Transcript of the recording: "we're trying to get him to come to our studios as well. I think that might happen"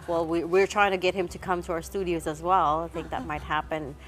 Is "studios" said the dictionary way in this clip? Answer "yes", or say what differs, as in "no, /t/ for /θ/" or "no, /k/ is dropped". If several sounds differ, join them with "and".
yes